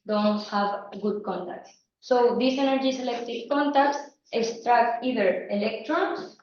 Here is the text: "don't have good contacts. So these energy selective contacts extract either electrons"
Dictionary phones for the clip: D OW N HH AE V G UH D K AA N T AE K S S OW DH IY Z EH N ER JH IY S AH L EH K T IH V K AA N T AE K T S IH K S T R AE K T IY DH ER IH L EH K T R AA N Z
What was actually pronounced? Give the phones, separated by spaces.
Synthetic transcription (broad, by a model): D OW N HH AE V G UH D K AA N T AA K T S OW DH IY S EH N ER JH IY S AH L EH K T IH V K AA N T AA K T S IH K S T R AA K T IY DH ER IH L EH K T R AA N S